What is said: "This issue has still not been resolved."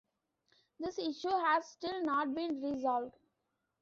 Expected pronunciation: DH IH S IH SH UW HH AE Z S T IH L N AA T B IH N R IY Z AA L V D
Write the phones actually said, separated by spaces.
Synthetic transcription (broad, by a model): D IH S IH SH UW HH AE Z S T IH L N AA T B IH N R IY Z AA L V D